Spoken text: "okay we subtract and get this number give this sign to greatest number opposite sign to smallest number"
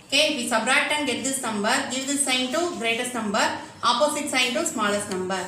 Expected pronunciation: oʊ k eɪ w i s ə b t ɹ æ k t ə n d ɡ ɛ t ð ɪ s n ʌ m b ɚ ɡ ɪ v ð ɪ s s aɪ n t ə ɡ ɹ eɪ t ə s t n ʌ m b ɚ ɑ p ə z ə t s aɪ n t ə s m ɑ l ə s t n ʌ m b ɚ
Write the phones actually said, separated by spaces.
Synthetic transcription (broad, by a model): k eɪ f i s ə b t ɹ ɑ t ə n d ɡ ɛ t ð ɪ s n ʌ m b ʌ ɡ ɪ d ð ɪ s s aɪ n t ə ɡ ɹ eɪ t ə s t n ʌ m b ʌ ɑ p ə s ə t s aɪ n t ə s m ɑ l ə s t n ʌ m b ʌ